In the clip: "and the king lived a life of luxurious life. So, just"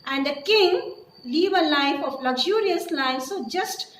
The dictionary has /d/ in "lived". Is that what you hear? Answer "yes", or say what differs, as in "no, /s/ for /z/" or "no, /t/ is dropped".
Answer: no, /d/ is dropped